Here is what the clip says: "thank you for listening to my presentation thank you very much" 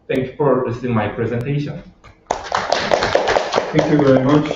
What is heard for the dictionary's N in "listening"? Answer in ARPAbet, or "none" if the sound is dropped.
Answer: none